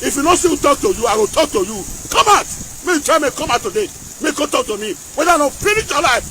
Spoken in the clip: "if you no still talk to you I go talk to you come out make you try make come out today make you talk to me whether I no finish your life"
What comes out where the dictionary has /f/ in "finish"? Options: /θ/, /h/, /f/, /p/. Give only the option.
/p/